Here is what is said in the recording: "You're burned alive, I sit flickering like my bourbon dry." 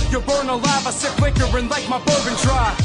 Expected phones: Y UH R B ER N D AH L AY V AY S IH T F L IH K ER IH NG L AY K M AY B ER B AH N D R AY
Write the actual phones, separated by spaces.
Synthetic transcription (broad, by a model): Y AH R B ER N AH L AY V AY S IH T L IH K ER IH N L AY K M AY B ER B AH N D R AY